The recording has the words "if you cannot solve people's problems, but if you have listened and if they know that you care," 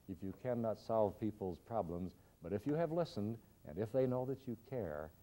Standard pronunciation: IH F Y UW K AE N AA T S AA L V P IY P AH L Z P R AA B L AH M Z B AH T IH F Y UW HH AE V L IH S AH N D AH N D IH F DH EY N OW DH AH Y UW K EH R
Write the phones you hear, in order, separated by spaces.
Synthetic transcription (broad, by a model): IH F Y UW K AE N AA T S AA L V P IY P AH L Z P R AA B L AH M Z B AH T IH F Y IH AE V L IH S AH N D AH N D IH F DH EY N OW DH AH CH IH K EH R